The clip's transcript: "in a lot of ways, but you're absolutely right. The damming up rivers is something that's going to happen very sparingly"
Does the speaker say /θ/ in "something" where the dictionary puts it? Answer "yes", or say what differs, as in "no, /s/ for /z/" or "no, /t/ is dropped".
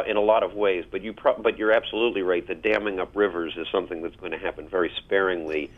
yes